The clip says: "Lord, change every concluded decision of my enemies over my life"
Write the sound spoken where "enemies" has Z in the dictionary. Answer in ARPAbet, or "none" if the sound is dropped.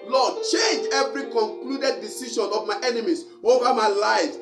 S